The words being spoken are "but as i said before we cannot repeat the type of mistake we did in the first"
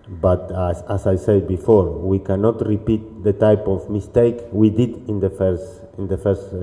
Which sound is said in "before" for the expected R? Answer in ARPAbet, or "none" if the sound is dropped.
R